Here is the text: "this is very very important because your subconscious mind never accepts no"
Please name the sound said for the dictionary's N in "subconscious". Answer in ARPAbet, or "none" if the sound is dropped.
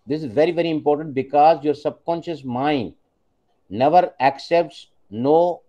N